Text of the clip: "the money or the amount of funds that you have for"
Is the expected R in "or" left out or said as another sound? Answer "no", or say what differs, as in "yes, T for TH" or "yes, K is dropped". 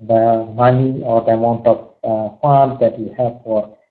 no